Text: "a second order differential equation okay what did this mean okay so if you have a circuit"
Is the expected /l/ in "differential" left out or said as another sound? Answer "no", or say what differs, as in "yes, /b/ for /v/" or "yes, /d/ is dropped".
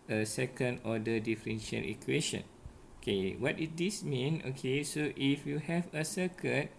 yes, /n/ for /l/